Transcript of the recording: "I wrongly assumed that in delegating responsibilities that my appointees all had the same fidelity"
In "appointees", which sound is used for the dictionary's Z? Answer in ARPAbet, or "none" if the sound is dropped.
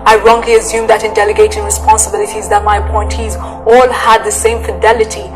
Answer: Z